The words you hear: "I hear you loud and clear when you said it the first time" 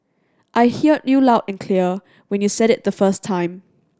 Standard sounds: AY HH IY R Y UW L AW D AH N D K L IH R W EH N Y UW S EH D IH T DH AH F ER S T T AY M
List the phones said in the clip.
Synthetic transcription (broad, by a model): AY HH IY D Y UW L AW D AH N K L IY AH W EH N Y UW S EH D IH T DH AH F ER S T T AY M